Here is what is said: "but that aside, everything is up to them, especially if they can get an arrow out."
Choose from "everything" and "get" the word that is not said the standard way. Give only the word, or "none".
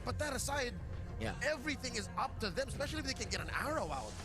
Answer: none